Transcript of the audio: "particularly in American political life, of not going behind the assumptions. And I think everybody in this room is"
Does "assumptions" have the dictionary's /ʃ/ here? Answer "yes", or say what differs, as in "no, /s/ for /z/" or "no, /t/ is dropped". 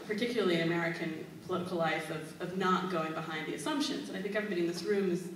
yes